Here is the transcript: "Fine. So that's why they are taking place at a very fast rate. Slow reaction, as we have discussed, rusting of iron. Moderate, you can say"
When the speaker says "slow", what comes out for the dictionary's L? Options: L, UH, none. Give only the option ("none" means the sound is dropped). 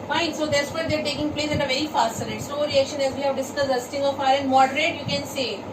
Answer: none